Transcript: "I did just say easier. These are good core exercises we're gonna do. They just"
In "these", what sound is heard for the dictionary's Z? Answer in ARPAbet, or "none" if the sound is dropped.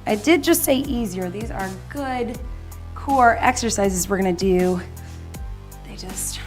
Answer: Z